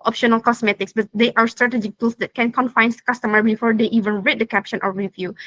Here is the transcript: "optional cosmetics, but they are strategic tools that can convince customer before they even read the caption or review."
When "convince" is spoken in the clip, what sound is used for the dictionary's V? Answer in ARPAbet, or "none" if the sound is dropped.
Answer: F